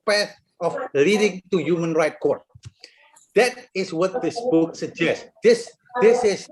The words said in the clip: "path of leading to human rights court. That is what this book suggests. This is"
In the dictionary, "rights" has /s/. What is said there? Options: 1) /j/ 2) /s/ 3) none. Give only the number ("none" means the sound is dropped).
3